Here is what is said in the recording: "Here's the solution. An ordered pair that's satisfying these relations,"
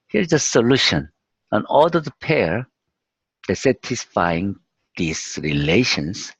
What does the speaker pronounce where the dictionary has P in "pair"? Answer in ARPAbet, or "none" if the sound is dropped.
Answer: P